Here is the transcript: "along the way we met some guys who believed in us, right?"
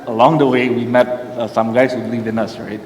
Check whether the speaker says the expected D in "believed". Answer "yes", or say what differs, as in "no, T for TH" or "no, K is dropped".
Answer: no, D is dropped